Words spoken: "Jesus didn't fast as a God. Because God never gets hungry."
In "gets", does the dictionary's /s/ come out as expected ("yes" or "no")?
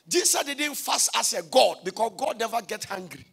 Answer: no